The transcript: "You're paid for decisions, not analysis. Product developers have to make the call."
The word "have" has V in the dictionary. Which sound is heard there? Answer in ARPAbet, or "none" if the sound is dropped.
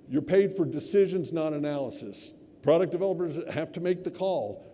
F